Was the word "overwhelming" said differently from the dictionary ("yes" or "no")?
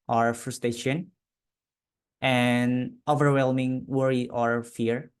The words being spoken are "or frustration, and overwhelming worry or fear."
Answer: no